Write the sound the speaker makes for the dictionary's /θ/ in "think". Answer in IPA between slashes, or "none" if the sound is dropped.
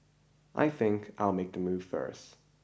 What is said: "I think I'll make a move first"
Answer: /θ/